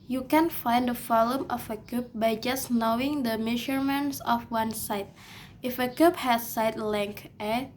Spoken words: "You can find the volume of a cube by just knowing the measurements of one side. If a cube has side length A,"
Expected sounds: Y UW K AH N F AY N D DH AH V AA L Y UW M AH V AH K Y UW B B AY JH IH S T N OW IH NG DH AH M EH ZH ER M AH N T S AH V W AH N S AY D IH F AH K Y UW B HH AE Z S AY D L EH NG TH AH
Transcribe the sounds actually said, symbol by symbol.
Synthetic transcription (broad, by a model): Y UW K AH N F AY N D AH F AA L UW M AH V AH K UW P B AY JH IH S N OW IH NG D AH M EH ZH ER M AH N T S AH F W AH N S AY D IH F AH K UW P HH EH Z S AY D L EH NG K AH